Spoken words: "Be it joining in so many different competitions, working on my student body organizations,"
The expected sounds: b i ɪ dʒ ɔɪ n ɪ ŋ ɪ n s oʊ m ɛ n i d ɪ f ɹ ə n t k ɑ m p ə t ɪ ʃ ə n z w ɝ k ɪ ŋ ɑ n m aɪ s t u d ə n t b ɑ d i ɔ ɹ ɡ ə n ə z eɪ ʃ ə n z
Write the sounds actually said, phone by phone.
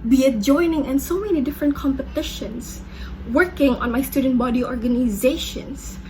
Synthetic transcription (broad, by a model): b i ɪ dʒ ɔɪ n ɪ ŋ ɪ n s oʊ m ɛ n i d ɪ f ɹ ə n t k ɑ m p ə t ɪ ʃ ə n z w ɝ k ɪ ŋ ɑ n m aɪ s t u d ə n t b ɑ d i ɔ ɹ ɡ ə n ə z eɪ ʃ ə n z